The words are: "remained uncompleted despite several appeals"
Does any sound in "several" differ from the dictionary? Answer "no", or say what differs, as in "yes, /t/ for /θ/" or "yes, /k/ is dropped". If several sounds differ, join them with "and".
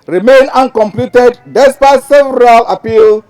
no